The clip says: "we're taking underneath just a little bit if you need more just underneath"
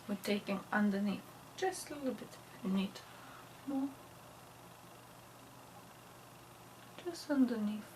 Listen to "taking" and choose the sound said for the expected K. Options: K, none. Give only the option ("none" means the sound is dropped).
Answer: K